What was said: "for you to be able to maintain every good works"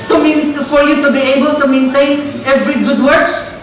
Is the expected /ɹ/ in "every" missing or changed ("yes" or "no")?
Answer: no